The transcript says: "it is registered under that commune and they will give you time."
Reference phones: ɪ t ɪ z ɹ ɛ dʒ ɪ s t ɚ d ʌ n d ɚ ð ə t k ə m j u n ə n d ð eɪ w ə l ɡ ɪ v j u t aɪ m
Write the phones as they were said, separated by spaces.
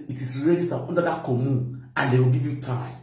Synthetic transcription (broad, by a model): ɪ t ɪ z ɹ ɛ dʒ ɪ s t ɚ ɔ n d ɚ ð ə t k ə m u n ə n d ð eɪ w ə l ɡ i v j u t aɪ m